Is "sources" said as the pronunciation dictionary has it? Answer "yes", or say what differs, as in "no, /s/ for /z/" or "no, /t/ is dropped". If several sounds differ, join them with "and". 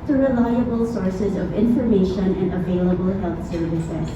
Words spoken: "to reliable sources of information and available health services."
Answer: yes